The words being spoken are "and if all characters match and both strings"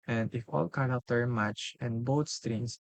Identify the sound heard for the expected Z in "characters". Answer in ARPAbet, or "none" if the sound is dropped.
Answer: none